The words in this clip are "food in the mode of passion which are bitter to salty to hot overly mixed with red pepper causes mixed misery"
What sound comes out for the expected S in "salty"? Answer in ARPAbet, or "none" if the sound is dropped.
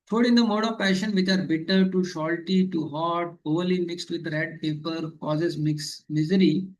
SH